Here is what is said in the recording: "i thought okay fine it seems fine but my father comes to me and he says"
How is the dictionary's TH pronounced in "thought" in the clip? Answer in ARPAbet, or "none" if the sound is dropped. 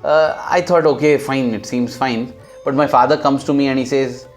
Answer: T